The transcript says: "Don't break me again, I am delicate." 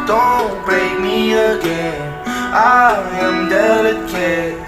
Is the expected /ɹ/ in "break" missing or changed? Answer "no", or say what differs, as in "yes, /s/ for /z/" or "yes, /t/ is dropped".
yes, /ɹ/ is dropped